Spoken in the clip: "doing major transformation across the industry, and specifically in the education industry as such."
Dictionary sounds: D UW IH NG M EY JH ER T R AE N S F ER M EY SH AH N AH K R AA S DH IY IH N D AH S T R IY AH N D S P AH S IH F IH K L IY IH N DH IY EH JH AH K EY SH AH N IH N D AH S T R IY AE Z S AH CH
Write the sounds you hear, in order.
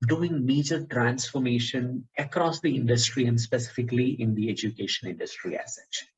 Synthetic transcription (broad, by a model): D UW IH NG M EY JH ER T R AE N S F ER M EY SH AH N AH K R AA S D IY IH N D AH S T R IY AH N D S P AH S IH F IH K L IY IH N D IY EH JH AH K EY SH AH N IH N D AH S T R IY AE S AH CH